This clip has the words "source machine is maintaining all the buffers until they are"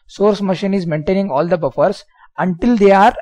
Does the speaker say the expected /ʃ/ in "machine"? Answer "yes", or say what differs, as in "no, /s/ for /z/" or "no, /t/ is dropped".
yes